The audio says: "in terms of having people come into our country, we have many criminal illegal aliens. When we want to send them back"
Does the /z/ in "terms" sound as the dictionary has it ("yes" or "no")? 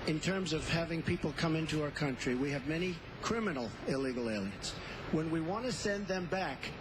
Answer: yes